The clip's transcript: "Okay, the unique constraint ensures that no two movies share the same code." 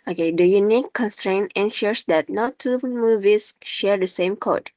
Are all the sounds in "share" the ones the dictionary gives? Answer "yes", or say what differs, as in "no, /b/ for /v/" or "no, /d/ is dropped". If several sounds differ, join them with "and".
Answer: yes